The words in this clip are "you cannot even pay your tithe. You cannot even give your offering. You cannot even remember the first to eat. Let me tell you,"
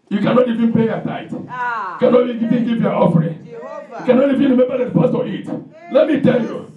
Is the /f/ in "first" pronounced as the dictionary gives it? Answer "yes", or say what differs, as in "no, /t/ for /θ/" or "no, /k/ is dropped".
no, /p/ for /f/